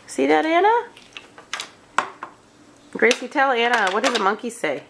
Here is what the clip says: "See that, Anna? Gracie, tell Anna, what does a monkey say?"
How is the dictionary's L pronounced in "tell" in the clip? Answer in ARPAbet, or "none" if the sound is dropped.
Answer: L